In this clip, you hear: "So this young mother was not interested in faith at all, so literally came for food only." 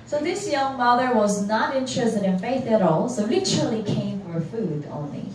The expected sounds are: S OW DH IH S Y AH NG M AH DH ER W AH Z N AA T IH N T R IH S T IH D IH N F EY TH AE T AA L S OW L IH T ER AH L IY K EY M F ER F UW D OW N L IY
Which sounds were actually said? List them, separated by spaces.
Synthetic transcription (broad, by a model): S OW DH IH S Y AH NG M AH DH ER W AH Z N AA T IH N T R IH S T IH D IH N F EY TH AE T AA L S OW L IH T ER L IY K EY M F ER F UW D OW N L IY